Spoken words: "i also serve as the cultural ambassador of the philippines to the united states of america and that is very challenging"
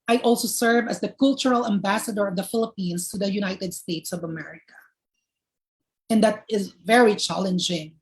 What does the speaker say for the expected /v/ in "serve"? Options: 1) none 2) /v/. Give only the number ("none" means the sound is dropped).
2